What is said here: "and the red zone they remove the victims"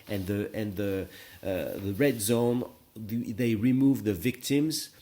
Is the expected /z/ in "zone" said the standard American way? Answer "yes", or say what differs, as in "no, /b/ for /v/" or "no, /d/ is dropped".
yes